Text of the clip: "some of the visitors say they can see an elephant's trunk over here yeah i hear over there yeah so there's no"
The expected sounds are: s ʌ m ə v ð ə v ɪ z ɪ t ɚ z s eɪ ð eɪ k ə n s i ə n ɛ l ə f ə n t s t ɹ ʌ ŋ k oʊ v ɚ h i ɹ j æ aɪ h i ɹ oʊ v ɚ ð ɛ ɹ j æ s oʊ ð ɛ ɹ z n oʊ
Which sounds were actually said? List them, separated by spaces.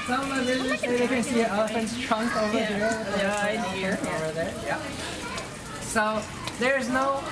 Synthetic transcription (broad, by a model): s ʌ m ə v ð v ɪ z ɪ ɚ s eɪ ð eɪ k ə n s i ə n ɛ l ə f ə n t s t ɹ ʌ ŋ k oʊ v ɚ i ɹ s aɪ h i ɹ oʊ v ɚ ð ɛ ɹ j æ s oʊ ð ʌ ɹ z n oʊ